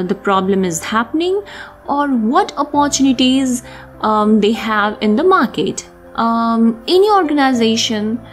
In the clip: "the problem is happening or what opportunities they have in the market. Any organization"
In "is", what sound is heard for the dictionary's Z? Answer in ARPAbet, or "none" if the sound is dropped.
Z